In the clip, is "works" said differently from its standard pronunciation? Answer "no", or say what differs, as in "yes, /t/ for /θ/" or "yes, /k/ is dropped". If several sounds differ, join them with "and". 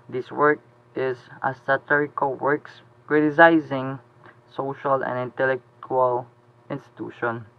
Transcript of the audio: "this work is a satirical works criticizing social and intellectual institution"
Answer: no